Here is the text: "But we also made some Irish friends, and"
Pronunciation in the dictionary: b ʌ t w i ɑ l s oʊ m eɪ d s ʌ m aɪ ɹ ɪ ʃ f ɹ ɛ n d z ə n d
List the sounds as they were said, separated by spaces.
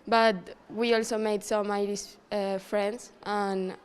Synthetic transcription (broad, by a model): b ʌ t w i ɑ l s oʊ m eɪ d s ʌ m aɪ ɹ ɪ s f ɹ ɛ n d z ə n